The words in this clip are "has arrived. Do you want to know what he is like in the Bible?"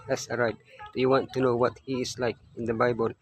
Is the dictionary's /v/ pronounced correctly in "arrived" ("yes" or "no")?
no